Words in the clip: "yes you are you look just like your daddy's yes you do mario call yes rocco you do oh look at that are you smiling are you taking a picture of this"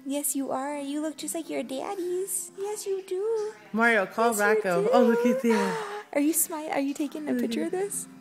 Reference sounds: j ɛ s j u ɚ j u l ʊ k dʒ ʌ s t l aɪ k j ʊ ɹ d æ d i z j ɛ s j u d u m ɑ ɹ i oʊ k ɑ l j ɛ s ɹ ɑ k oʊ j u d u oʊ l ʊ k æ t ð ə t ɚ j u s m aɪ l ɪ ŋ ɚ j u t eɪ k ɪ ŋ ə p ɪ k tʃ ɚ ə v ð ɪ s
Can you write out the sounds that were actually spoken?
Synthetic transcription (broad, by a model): j ɛ s j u ɚ j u l ʊ k dʒ ʌ s t l aɪ k j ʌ ɹ d æ d i z j ɛ s j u d u m ɑ ɹ i oʊ k ɑ l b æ k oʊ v oʊ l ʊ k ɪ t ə t ɚ j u s m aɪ ɪ ɚ j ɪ t eɪ k ɪ ŋ ə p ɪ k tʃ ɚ ə v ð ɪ s